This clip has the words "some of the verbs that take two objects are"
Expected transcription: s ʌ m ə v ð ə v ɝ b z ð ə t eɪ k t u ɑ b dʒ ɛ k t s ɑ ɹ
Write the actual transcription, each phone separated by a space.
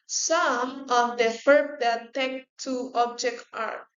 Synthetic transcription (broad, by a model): s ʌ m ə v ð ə f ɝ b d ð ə t eɪ k t u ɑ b dʒ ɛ k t ɑ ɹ